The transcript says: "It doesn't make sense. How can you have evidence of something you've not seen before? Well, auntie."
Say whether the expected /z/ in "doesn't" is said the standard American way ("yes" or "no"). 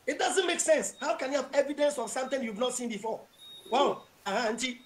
yes